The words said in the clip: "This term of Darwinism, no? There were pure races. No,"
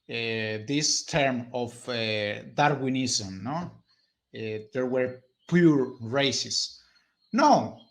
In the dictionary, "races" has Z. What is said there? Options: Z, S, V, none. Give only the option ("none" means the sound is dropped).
S